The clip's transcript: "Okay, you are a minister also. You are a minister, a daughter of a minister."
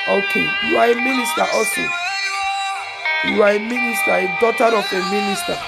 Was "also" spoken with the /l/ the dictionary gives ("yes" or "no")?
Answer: no